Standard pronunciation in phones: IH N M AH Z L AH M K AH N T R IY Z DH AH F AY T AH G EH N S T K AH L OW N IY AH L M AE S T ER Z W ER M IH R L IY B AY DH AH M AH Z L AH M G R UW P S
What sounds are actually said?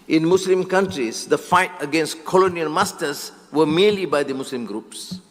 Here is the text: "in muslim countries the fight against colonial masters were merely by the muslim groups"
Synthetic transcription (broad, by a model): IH N M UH S L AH M K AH N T R IY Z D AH F AY T AH G EH N S T K AH L OW N IY AH L M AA S T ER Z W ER M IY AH L IY B AY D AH M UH S L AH M G R UW P S